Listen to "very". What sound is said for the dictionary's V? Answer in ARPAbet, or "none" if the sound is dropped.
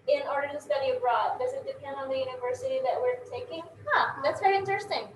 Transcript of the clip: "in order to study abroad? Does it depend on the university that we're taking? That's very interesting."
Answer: V